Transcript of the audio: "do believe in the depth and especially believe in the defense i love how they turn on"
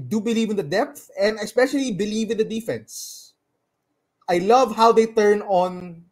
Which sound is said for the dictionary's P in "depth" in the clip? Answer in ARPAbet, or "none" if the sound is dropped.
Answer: P